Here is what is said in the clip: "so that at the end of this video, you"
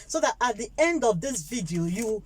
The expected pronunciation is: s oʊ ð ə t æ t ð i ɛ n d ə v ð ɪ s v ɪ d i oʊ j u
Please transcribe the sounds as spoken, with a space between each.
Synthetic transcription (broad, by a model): s oʊ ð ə t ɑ t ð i ɛ n d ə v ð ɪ s v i d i oʊ j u